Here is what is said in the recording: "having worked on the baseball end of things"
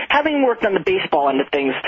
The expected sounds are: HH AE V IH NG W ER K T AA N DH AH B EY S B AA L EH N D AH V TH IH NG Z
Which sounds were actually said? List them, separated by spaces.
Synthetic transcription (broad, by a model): HH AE V IH NG W ER K T N DH AH B EY S B AA L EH N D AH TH IH NG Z